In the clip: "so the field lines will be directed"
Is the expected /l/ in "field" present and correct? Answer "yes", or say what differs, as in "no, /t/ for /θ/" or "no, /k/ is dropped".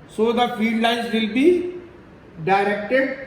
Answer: no, /l/ is dropped